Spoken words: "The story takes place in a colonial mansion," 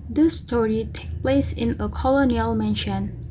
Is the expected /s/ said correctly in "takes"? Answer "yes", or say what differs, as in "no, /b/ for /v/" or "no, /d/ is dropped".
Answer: no, /s/ is dropped